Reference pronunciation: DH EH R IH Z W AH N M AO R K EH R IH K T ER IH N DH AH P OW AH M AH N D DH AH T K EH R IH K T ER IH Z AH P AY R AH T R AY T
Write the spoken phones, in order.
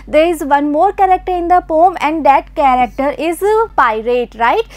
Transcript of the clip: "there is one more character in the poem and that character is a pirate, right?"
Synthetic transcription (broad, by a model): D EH R IH Z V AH N M AO R K EH R IH K T ER IH N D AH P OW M AH N D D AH T K EH R IH K T ER IH Z P AY R AH T R AY T